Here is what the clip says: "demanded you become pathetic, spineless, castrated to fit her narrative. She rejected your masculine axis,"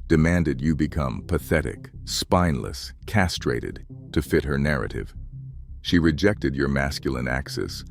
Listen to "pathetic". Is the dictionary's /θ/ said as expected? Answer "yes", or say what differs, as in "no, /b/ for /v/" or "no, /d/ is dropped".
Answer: yes